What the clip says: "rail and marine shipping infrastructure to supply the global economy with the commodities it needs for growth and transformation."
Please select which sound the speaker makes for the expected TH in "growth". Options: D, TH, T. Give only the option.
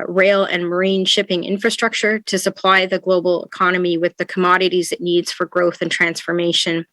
TH